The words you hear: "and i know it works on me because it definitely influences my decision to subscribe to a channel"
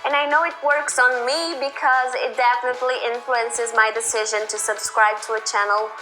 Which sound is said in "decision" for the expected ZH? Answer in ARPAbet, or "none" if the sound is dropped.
ZH